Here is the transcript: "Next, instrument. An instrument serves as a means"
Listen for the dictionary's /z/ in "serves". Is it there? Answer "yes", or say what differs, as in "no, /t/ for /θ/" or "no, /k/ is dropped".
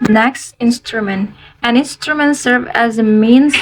no, /z/ is dropped